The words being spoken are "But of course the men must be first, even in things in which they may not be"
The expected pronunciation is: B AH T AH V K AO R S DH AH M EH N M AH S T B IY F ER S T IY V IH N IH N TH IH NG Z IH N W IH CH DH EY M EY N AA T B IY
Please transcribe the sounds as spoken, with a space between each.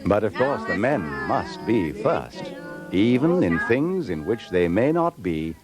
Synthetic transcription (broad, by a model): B AH T AH V K AO R S DH AH M EH N M AH S T B IY F ER S T IY V IH N IH N TH IH NG Z IH N W IH CH DH EY M EY N AA T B IY